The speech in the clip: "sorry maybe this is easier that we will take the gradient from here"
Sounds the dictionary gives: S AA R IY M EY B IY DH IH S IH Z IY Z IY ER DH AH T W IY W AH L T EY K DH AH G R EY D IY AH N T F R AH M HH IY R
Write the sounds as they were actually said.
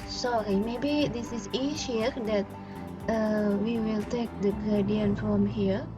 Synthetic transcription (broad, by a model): S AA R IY M EY B IY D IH S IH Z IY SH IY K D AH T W IY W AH L T EY K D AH G AA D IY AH N F R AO M HH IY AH